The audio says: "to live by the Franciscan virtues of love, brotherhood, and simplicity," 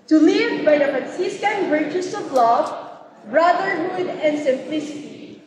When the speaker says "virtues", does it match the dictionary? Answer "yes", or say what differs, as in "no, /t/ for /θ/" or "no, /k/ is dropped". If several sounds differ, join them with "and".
no, /s/ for /z/